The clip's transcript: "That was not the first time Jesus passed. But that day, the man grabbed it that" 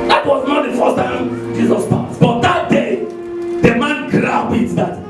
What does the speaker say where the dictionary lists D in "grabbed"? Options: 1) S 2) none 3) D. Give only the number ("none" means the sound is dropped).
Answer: 2